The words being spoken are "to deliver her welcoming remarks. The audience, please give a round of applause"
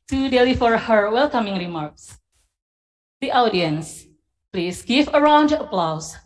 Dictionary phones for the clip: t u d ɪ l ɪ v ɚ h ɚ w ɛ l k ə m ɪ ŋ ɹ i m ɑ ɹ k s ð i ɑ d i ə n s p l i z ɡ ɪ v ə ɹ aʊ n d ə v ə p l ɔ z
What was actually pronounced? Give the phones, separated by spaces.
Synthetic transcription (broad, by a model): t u d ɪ l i f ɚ h ɚ w ɛ l k ə m ɪ ŋ ɹ i m ɑ ɹ k s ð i ɑ d i ə n s p l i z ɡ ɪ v ə ɹ aʊ n d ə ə p l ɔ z